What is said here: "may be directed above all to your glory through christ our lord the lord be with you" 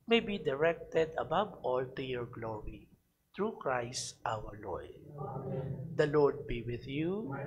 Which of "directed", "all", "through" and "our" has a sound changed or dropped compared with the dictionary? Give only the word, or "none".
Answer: through